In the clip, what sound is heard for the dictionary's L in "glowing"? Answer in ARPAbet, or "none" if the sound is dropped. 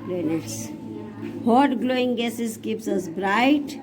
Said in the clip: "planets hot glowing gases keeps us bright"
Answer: L